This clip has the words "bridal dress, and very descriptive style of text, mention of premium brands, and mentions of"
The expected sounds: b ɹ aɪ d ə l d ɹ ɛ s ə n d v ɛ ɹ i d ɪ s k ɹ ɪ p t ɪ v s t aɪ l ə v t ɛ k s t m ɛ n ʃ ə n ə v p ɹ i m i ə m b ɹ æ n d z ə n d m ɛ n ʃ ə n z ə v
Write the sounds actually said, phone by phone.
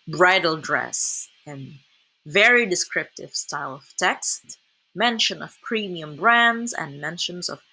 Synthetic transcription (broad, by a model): b ɹ aɪ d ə l d ɹ ɛ s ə n v ɛ ɹ i d ɪ s k ɹ ɪ p t ɪ v s t aɪ l ə v t ɛ k s t m ɛ n ʃ ə n ə v p ɹ i m i ə m b ɹ æ n d z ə n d m ɛ n ʃ ə n z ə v